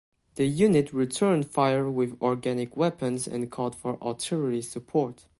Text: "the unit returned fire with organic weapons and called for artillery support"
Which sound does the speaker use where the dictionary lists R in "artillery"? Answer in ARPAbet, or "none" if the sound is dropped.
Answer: L